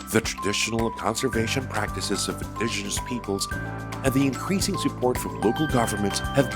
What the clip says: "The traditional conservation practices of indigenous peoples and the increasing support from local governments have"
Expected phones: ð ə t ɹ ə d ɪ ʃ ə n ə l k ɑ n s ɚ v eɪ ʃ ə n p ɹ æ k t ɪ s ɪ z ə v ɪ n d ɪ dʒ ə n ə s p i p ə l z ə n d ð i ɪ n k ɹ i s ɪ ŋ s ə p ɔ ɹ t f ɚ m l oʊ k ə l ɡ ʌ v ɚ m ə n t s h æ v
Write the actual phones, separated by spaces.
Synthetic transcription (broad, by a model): ð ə t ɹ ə d ɪ ʃ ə n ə k ɑ n s ɚ v eɪ ʃ ə n p ɹ æ k t ɪ s ɪ z ə v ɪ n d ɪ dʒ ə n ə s p i p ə l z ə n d ð i ɪ n k ɹ i s ɪ ŋ s ə p ɔ ɹ t f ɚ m l oʊ k l ɡ ʌ v ɚ m ə n t s h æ v